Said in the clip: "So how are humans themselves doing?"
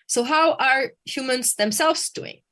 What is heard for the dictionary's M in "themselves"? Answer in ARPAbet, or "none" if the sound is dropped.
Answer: M